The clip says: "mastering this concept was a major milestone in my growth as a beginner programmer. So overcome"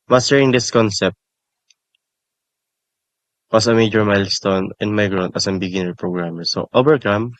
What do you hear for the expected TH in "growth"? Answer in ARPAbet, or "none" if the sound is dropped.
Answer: T